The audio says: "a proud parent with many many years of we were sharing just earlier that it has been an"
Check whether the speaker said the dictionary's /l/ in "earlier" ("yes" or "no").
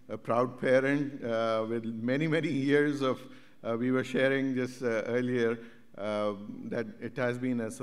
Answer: yes